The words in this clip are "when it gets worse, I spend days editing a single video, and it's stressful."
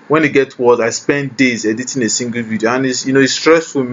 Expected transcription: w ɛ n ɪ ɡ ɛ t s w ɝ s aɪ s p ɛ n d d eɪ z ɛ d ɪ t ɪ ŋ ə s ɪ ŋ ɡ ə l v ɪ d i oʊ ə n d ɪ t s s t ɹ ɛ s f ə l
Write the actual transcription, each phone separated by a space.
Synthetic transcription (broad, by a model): w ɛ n ɪ ɡ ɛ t w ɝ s aɪ s p ɛ n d d eɪ z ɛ d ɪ t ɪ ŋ ə s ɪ ŋ ɡ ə l v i d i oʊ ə n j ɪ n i s t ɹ ɛ s f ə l